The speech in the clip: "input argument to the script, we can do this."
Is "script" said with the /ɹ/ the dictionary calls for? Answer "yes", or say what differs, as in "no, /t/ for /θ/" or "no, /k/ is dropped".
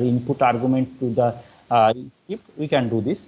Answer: no, /ɹ/ is dropped